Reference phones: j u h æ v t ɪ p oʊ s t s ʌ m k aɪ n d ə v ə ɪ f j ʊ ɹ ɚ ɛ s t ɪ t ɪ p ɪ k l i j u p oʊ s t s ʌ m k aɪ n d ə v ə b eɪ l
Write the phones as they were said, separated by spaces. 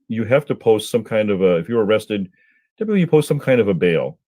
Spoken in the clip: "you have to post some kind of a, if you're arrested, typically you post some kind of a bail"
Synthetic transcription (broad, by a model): j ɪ h æ f t ɪ p oʊ s t s ʌ m k aɪ n d ə v ə ɪ f j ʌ ɹ ɚ ɛ s t ɪ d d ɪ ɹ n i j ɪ p oʊ s t s ʌ m k aɪ n d ə v ə b eɪ l